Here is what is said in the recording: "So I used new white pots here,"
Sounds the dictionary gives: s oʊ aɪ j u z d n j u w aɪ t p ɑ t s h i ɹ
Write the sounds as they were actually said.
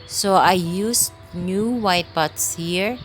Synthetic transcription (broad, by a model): s oʊ aɪ j u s n j u w aɪ t b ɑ t s h i ɹ